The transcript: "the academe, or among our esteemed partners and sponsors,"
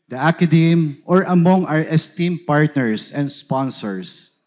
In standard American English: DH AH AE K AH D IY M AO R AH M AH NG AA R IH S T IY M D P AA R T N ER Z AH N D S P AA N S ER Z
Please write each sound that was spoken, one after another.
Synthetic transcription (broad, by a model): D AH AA K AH D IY M AO R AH M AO NG AA R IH S T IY M P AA R T N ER S AH N D S P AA N S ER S